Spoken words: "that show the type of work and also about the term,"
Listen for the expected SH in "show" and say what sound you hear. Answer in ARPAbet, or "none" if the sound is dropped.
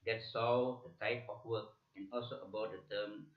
S